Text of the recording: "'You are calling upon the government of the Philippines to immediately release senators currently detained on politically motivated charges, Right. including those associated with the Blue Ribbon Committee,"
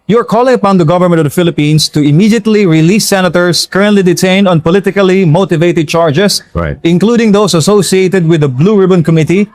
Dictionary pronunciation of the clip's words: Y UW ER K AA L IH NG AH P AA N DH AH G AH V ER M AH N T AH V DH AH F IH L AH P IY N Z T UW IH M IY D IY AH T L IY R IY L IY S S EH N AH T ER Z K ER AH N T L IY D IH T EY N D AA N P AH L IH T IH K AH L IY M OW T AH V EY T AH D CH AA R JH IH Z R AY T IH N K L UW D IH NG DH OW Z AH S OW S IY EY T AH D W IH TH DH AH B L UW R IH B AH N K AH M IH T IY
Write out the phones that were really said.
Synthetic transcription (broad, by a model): Y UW ER K AA L IH NG AH P AA N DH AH G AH V ER M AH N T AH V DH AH F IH L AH P IY N S T UW IH M IY D IY AH T L IY R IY L IY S S EH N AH T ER S K ER AH N T L IY D IH T EY N D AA N P AH L IH T IH K AH L IY M OW T AH V EY T AH D CH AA R JH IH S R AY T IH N K L UW D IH NG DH OW S AH S OW S IY EY T AH D W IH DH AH B L UW R IH B AH N K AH M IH T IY